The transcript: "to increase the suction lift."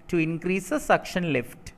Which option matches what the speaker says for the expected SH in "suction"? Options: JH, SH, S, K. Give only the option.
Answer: SH